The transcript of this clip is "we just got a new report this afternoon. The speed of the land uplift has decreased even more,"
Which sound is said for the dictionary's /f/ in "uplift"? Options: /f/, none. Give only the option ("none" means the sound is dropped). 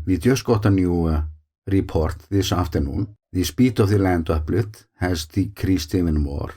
none